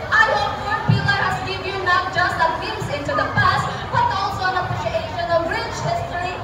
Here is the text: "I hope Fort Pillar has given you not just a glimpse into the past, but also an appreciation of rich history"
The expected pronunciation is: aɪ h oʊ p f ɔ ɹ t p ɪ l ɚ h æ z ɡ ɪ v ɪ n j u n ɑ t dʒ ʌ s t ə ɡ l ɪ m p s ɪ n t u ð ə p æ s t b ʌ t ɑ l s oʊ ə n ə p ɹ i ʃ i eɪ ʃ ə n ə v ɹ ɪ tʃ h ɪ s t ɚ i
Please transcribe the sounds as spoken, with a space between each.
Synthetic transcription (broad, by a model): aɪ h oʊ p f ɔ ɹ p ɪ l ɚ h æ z ɡ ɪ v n j u n ɑ t dʒ ʌ s t ə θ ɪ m s ɪ n t u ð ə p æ s t b ʌ t ɑ l s oʊ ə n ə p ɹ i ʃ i eɪ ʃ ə n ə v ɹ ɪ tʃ h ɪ s t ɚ i